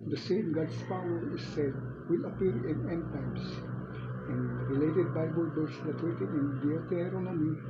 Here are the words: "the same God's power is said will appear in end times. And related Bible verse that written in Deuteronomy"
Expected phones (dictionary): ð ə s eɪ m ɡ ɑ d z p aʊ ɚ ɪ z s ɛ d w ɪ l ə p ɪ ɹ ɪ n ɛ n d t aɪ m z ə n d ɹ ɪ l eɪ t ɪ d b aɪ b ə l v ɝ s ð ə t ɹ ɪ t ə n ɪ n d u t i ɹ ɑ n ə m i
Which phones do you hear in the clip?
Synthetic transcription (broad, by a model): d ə s eɪ m ɡ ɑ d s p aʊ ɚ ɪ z s ɛ d w ɪ l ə p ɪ ɹ ɪ n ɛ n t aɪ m s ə n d ɹ ɪ l eɪ t ɪ d b aɪ b ə l b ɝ s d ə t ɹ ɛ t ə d ɪ n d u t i ɹ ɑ n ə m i